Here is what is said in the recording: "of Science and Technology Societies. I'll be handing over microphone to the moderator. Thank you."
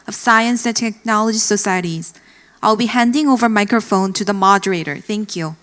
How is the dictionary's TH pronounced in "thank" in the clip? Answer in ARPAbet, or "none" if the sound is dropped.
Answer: TH